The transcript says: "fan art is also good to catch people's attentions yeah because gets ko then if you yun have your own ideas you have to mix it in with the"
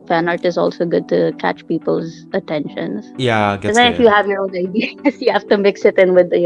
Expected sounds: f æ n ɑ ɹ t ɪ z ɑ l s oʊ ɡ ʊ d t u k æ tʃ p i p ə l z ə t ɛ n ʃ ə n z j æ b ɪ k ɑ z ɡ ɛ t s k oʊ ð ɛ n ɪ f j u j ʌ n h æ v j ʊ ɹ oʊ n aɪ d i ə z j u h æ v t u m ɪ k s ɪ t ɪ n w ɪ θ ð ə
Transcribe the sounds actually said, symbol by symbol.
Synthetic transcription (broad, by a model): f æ n ɑ ɹ t ɪ z ɑ l s oʊ ɡ ʊ d t u k æ tʃ p i p ə l z ə t ɛ n ʃ ə n z j æ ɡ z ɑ ɪ f j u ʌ h æ v j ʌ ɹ oʊ n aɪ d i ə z j u h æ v t u m ɪ k s ɪ t ɪ n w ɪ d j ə